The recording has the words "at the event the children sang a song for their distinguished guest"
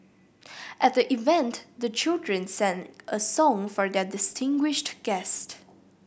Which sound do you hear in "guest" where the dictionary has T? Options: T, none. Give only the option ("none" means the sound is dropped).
T